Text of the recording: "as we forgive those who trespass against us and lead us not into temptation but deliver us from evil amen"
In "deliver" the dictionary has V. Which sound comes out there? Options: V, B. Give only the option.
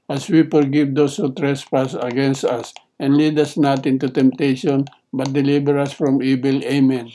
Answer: B